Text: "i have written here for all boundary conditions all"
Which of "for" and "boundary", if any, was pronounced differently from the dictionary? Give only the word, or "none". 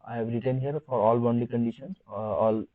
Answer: boundary